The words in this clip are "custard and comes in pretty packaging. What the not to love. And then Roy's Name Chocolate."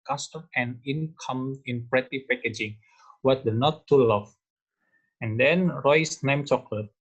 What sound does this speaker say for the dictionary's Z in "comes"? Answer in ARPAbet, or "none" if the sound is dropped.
none